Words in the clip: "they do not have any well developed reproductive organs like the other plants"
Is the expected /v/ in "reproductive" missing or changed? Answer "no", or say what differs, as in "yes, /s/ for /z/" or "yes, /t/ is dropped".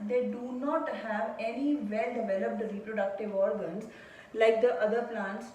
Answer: no